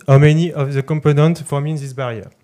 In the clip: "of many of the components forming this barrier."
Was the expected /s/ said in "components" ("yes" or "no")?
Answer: no